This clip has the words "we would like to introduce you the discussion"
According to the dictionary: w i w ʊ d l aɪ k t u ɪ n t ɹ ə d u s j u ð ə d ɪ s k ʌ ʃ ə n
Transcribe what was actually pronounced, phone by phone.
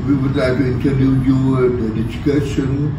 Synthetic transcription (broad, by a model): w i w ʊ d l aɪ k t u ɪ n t ə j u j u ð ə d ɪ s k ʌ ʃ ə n